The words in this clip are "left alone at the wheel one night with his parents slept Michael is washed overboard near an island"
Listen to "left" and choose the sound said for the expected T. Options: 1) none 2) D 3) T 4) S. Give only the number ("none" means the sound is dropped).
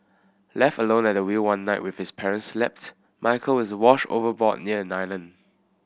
3